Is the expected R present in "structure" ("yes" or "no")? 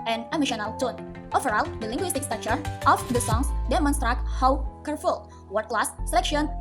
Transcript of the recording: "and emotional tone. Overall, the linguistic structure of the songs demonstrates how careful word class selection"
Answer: no